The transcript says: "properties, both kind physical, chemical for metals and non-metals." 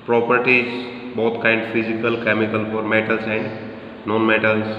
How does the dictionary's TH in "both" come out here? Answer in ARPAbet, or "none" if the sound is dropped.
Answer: T